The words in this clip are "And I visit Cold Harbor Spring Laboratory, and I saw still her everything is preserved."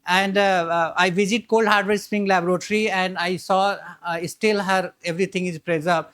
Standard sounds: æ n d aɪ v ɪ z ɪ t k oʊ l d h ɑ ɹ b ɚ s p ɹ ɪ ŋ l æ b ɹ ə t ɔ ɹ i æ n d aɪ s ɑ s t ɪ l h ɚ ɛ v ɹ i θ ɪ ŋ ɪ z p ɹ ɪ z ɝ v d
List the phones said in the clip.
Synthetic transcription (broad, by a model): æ n d aɪ v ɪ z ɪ t k oʊ l d h ɑ ɹ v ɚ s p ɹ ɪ ŋ l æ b ɹ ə t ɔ ɹ i æ n d aɪ s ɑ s t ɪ l h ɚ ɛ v ɹ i t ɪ ŋ ɪ z p ɹ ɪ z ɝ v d